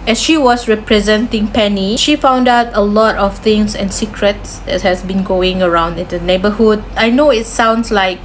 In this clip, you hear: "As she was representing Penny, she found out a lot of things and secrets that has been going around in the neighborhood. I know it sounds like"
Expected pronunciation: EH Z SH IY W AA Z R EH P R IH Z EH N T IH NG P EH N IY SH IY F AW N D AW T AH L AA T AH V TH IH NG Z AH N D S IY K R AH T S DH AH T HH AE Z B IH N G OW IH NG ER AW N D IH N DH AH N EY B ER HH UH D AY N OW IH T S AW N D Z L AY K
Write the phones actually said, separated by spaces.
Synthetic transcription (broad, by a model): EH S SH IY W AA S R EH P R IH Z EH N T IH NG P EH N IY SH IY F AW N D AW T AH L AA T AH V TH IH NG S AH N S IY K R AH T S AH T HH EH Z B IH N G OW IH NG ER AW N D IH N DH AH N EY B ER HH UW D AY N OW IH T S AW N D S L AY K